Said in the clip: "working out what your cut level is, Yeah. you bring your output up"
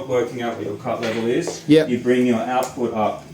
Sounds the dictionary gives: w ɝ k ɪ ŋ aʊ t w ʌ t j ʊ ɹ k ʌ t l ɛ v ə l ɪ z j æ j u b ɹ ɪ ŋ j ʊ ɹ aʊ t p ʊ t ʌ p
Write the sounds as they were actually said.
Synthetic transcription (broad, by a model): w ɝ k ɪ ŋ aʊ t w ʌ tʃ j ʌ ɹ k ʌ t l ɛ v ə l ɪ z j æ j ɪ b ɹ ɪ ŋ j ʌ ɹ aʊ t p ʊ t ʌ p